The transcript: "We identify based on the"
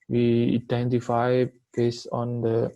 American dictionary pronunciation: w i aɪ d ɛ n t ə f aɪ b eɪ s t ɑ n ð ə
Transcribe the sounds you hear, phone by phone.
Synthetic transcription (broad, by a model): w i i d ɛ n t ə f aɪ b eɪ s ɑ n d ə